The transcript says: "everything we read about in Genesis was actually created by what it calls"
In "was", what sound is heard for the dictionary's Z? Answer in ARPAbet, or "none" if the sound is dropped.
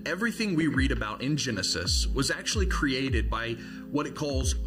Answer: Z